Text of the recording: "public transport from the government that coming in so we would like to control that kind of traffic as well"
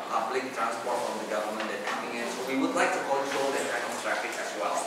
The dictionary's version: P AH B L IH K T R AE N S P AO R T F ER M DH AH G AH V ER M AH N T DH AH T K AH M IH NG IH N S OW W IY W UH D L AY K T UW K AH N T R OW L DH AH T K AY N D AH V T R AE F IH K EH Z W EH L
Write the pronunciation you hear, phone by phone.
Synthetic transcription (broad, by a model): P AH B L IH K T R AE N S P AO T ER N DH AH G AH V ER M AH N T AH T K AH M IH NG IH N S OW W IY W UH D L AY K T UW K AH N T R OW L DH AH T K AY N AH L T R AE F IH K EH S W EH L